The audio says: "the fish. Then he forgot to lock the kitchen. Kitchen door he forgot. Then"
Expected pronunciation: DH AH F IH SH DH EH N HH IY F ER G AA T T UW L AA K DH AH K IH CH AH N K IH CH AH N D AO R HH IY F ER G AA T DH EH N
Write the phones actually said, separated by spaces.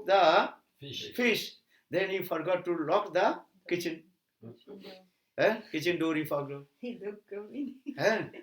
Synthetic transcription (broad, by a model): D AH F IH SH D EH N HH IY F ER G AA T T UW L AA K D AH K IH CH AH N K IH CH AH N D AO R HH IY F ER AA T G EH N